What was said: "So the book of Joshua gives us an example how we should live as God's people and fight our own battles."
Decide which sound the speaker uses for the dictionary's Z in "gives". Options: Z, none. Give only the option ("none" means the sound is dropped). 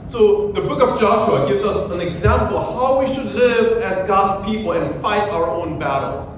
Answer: Z